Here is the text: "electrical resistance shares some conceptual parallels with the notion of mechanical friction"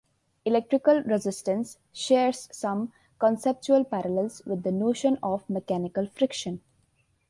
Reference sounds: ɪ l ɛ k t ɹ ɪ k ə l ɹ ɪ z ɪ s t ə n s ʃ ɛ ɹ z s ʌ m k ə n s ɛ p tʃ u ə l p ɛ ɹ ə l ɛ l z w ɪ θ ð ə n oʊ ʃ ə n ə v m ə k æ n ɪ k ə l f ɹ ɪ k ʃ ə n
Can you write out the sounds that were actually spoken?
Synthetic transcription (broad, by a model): ɪ l ɛ k t ɹ ɪ k ə l ɹ ɪ z ɪ s t ə n s ʃ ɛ ɹ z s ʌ m k ə n s ɛ p tʃ u ə l p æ ɹ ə l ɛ l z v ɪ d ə n oʊ ʃ ə n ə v m ə k æ n ɪ k ə l f ɹ ɪ k ʃ ə n